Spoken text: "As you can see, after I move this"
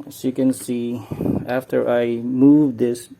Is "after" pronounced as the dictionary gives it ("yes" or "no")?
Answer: yes